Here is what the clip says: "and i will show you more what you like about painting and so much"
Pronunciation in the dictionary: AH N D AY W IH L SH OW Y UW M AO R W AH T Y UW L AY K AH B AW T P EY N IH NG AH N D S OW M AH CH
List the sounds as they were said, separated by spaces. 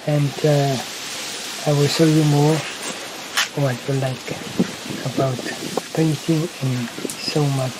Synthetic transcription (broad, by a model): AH N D AY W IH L S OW Y UW M AO R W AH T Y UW L AY K AH B AW T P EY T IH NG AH N S OW M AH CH